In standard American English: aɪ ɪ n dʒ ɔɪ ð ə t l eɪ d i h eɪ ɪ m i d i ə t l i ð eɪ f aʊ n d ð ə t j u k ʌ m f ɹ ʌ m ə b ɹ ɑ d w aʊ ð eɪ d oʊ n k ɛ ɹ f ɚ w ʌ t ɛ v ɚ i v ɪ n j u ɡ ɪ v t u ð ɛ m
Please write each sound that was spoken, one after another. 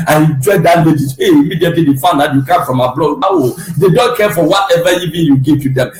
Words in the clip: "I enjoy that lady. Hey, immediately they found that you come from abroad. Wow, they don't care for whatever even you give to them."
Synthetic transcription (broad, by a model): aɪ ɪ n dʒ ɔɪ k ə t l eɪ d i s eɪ ɪ m i d i ə t l i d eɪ f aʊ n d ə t j u k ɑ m f ɹ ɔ m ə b l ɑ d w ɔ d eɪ d oʊ n k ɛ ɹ f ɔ w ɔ t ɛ v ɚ i v ɪ n j u ɡ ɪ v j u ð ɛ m